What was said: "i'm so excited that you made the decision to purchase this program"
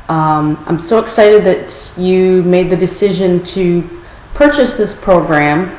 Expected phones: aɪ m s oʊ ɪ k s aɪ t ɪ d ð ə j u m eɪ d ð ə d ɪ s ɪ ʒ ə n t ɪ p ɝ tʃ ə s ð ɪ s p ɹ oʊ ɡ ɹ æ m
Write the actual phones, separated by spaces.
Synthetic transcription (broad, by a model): aɪ m s oʊ ɪ k s aɪ t ɪ d ð ə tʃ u m eɪ d ð ə d ɪ s ɪ ʒ ə n t ɪ p ɝ tʃ ə s ð ɪ s p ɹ oʊ ɡ ɹ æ m